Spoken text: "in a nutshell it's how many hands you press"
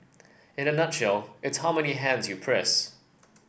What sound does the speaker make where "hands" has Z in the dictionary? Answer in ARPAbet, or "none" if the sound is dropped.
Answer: Z